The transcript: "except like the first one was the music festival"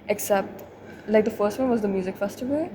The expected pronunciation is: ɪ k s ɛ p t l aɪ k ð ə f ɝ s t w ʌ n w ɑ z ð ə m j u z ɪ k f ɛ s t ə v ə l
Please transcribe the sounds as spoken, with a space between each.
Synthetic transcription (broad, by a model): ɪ k s ɛ p t l aɪ k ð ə f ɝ s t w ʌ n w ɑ z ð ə m j u z ɪ k f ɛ s t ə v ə l